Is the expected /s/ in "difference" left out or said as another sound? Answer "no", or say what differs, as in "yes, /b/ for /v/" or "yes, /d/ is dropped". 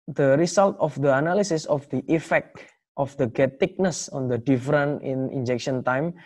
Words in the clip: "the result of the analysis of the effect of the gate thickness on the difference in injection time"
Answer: yes, /s/ is dropped